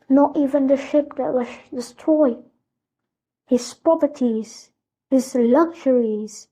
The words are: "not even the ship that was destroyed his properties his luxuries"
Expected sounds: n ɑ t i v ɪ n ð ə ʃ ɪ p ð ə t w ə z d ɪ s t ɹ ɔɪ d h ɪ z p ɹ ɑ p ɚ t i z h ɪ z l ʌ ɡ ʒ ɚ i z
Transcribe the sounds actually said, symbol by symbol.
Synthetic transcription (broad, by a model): n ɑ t i v ɪ n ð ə ʃ ɪ p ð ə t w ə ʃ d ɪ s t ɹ ɔɪ h ɪ z p ɑ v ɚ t i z h ɪ z l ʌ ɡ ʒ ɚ i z